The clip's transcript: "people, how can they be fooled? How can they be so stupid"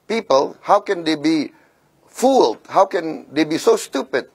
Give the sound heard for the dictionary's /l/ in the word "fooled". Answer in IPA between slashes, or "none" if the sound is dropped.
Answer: /l/